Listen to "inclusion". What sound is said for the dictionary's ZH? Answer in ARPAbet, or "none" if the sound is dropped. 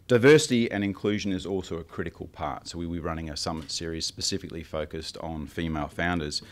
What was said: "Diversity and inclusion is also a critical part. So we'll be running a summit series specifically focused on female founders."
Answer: ZH